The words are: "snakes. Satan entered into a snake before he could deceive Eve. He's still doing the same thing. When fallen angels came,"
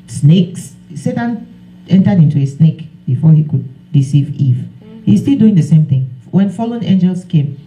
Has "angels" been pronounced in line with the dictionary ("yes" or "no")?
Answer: no